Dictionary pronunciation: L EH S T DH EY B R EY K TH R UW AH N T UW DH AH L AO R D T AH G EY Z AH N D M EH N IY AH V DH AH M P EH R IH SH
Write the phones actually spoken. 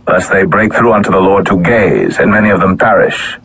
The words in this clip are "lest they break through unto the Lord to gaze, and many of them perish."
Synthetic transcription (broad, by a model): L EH S DH EY B R EY K TH R UW AH N T UW DH AH L AO R D T AH G EY Z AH N M EH N IY AH V DH AH M P EH R IH SH